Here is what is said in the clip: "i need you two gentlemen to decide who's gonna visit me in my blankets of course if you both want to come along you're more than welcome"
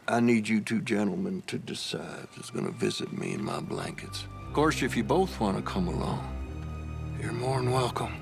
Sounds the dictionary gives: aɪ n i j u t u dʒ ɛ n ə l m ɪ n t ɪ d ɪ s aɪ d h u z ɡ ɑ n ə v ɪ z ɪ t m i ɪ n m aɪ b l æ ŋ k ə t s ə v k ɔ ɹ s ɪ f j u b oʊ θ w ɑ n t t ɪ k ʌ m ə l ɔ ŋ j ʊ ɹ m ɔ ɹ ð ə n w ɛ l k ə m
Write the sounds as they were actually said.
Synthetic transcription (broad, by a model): aɪ n i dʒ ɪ t u dʒ ɛ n l m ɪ n t ɪ d ɪ s aɪ d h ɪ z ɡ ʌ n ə v ɪ z ɪ t m i ɪ n m aɪ b l æ ŋ k ə t s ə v k ɔ ɹ s ɪ f j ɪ b oʊ θ w ɑ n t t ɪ k ʌ m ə l ɔ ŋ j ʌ ɹ m ɔ ɹ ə n w ɛ l k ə m